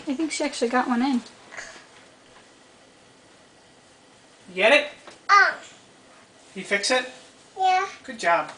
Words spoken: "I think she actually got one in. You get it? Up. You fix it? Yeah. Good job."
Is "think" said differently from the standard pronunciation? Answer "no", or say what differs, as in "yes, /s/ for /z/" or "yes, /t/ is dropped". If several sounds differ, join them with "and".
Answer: no